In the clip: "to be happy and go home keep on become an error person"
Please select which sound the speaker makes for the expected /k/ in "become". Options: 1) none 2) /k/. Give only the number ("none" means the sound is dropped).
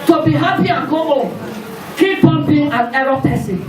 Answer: 1